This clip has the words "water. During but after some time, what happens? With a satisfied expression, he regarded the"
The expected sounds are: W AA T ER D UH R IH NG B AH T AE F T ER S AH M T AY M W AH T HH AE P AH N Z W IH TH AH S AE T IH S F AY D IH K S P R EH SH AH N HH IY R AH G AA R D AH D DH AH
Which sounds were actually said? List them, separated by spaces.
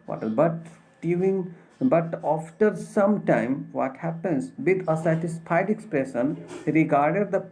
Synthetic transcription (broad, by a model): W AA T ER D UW IH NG B AH T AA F T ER S AH M T AY M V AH T HH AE P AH N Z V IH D AH S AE T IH S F AY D IH K S P R EH SH AH N R AH G AA R D AH D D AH